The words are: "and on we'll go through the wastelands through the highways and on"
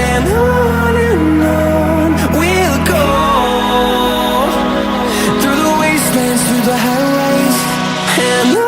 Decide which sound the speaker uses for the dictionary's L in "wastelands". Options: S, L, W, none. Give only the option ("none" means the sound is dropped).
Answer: none